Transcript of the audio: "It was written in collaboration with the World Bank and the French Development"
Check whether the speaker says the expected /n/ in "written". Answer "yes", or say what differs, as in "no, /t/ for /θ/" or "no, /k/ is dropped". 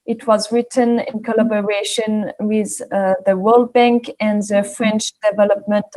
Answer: yes